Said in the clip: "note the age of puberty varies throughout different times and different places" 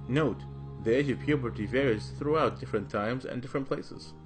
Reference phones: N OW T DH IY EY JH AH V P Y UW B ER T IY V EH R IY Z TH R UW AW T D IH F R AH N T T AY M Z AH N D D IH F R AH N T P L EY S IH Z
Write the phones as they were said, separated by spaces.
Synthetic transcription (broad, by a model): N OW T DH IY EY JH AH V P Y UW B ER T IY V EH R IY Z TH R UW AW T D IH F R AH N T T AY M Z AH N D D IH F R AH N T P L EY S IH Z